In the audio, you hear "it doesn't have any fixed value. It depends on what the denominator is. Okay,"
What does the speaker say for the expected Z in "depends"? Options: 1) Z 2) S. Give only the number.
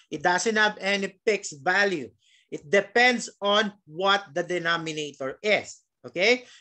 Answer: 2